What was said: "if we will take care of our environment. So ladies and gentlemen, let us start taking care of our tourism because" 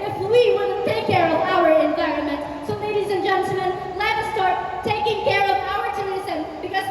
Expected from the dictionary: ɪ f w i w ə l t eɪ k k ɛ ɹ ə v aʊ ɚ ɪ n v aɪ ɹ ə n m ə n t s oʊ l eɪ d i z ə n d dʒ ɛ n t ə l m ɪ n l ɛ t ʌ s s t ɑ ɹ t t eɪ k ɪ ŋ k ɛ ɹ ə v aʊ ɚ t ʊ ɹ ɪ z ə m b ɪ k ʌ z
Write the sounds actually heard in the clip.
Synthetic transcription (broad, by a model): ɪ f w i w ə n t eɪ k k ɛ ɹ ə v aʊ ɚ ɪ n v aɪ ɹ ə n m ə n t s oʊ l eɪ d i z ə n dʒ ɛ n t l m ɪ n l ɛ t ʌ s s t ɑ ɹ t t eɪ k ɪ ŋ k ɛ ɹ ə v aʊ ɚ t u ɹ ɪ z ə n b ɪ k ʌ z